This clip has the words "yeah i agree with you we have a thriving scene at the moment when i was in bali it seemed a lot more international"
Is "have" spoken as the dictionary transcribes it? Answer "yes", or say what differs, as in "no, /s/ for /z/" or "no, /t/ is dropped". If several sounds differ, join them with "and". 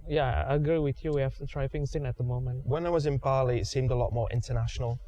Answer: no, /f/ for /v/